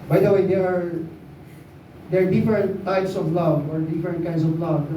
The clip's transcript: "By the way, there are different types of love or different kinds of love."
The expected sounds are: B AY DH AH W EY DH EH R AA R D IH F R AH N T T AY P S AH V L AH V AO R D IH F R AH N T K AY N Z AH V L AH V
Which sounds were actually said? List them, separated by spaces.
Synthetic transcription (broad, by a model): B AY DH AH W EY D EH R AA R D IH F R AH N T T AY P S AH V L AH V AO R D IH F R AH N T K AY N S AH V L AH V